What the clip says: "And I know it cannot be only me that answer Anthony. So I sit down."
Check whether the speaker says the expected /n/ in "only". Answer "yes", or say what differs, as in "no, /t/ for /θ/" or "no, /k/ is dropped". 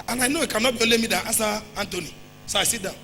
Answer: no, /n/ is dropped